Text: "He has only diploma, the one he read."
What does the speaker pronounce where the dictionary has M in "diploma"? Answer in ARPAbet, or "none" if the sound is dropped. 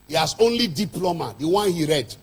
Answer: M